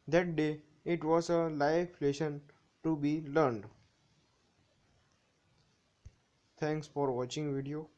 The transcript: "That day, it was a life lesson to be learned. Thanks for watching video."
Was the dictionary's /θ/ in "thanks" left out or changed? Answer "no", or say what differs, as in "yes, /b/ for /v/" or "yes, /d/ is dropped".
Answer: yes, /t/ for /θ/